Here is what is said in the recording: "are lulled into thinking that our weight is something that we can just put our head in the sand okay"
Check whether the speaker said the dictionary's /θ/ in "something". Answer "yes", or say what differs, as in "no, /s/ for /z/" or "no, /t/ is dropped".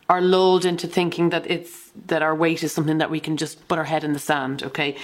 yes